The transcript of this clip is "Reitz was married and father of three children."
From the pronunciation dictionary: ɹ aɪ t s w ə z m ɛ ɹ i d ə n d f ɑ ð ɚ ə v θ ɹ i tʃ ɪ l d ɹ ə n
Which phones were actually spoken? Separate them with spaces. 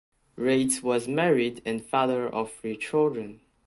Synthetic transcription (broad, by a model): ɹ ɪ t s w ə z m ɛ ɹ i d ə n f ɑ ð ɚ ə v f ɹ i tʃ ɪ l d ɹ ə n